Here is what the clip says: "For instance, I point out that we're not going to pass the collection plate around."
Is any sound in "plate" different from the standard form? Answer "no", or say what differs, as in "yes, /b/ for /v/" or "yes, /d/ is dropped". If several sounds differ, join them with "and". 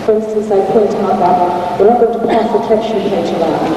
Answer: yes, /l/ is dropped